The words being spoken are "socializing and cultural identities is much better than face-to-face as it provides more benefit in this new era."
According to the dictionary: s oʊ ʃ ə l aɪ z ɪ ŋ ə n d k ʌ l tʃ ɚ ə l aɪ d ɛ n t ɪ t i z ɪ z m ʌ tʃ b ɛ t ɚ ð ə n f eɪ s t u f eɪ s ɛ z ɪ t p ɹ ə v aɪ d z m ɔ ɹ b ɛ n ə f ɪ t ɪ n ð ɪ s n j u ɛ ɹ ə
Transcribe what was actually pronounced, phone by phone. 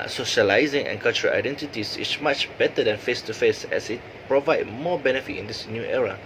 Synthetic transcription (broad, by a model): s oʊ ʃ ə l aɪ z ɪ ŋ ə n k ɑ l tʃ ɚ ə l aɪ d ɛ n t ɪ t i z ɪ s m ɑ tʃ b ɛ t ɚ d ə n f eɪ s t u f eɪ s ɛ s ɪ t p ɹ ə v aɪ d m ɔ b ɛ n ə f ɪ t ɪ n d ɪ s n j u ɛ ɹ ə